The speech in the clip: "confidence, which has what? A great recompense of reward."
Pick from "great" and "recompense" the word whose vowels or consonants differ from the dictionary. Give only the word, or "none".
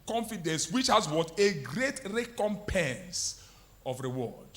none